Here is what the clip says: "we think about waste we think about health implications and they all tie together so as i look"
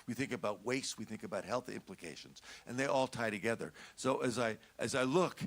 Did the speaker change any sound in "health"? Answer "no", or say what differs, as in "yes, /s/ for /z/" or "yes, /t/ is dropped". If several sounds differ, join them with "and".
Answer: no